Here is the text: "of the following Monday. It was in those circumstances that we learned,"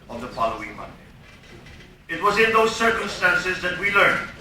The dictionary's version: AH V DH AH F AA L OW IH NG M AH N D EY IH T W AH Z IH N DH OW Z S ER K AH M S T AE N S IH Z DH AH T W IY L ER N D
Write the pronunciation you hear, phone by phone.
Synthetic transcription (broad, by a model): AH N DH AH F AA L OW IH NG M AH N D EY IH T W AH Z IH N DH OW Z S ER K AH M S T AE N S IH Z DH AH T W IY L ER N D